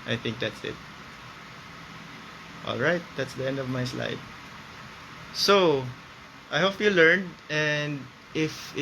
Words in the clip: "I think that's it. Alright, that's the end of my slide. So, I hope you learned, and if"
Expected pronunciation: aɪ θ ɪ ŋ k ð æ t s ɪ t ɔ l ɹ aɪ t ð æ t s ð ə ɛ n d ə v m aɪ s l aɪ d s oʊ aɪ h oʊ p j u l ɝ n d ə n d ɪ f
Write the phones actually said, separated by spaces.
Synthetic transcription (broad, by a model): aɪ θ ɪ ŋ k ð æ t s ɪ t ɔ l ɹ aɪ t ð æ t s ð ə ɛ n d ə v m aɪ s l aɪ d s oʊ aɪ h oʊ p j u l ɝ n d ə n d ɪ f